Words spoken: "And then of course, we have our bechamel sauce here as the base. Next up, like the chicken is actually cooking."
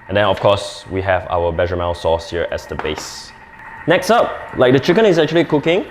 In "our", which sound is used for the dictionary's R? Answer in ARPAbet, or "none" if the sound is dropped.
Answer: W